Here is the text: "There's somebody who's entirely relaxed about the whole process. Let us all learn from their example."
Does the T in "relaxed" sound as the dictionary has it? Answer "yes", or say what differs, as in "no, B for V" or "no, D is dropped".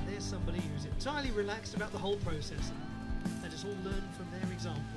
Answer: yes